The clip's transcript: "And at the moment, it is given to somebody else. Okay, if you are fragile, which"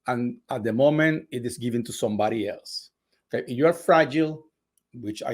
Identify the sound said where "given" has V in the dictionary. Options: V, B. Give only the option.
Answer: V